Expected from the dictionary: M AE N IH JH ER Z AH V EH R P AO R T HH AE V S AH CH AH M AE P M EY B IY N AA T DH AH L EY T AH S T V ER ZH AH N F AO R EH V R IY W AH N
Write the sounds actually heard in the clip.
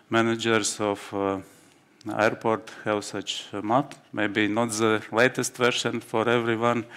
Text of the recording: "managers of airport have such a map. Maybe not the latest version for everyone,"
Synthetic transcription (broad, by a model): M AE N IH JH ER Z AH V EH R P AO R T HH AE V S AH CH M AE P M EY B IY N AA T DH AH L EY T AH S T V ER SH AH N F AO R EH V R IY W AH N